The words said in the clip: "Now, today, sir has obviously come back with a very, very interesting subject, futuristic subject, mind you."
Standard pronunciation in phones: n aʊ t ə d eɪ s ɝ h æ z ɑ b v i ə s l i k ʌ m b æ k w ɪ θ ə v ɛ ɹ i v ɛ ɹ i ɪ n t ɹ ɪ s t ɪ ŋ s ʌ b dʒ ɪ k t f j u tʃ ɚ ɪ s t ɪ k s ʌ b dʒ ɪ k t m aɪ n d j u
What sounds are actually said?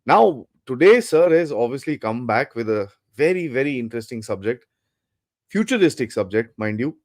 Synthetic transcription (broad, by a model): n aʊ t ə d eɪ s ɝ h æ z ɑ b v i ə s l i k ʌ m b æ k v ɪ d ə v ɛ ɹ i v ɛ ɹ i ɪ n t ɹ ɪ s t ɪ ŋ s ʌ b dʒ ɪ k t f j u tʃ ɚ ɪ s t ɪ k s ʌ b dʒ ɪ k t m aɪ n d j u